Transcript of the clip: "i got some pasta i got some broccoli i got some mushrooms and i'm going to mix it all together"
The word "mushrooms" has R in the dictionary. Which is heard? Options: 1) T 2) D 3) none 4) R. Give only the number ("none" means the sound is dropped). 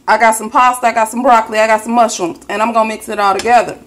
3